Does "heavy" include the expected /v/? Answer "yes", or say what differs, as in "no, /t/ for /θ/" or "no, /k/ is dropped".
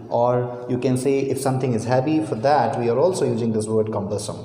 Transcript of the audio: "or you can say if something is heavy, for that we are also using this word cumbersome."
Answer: no, /p/ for /v/